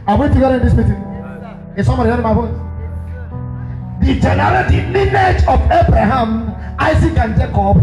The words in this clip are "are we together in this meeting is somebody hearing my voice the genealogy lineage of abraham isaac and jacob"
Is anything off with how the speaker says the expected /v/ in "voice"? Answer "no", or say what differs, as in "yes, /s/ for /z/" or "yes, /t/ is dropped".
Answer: yes, /b/ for /v/